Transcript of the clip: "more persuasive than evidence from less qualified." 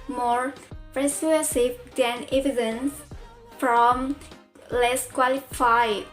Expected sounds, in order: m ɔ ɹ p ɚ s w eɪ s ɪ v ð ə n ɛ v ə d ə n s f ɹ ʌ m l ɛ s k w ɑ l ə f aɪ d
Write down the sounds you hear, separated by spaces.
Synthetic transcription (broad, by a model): m ɔ ɹ p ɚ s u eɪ s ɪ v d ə n ɛ v ə d ə n s f ɹ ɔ m l ɛ s k w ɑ l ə f aɪ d